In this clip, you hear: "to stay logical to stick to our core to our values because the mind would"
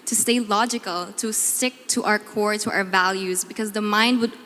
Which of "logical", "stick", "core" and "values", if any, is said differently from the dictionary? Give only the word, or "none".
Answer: none